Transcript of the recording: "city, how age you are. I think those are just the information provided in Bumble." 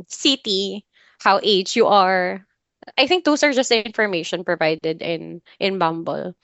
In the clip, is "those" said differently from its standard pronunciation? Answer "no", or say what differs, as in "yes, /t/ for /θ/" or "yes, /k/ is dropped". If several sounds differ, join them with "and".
yes, /s/ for /z/